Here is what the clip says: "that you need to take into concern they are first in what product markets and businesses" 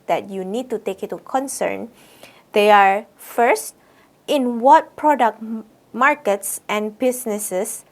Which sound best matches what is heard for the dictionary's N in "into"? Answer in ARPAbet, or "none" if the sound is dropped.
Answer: none